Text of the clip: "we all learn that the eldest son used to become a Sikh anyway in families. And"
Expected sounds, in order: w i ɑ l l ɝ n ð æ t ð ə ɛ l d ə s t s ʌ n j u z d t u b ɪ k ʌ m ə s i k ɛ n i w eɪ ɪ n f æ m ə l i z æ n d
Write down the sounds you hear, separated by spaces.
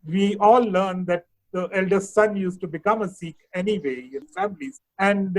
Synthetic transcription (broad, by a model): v i ɑ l l ɝ n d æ t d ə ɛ l d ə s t s ʌ n j u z t u b ɪ k ʌ m ə s i k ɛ n i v eɪ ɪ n f æ m ə l i z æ n d